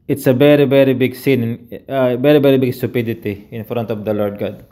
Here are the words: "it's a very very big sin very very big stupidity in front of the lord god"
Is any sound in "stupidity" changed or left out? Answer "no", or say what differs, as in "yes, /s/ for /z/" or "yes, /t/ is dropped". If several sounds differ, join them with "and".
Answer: no